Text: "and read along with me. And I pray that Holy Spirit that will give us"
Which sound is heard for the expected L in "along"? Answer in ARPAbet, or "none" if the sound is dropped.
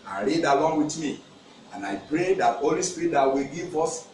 W